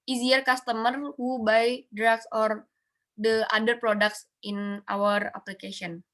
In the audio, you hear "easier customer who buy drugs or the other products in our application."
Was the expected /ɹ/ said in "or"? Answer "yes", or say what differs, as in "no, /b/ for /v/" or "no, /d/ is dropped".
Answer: yes